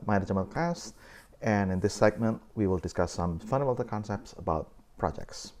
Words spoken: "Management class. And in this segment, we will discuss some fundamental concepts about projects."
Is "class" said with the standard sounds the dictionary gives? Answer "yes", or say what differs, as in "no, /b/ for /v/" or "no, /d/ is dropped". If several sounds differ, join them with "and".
no, /l/ is dropped